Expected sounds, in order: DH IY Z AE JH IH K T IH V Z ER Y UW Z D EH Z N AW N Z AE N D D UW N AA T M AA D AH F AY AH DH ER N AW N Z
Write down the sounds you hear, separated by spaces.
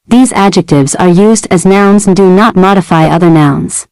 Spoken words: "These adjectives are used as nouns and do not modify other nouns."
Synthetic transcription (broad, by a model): DH IY Z AE JH IH K T IH V Z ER Y UW Z D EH Z N AW N Z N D D UW N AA T M AA D AH F AY AH DH ER N AW N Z